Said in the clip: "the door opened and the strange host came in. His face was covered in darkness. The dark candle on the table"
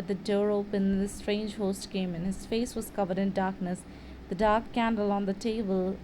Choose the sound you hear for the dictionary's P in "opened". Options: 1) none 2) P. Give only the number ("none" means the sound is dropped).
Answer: 1